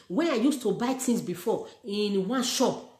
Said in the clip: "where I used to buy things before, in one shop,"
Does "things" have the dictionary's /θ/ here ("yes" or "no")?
no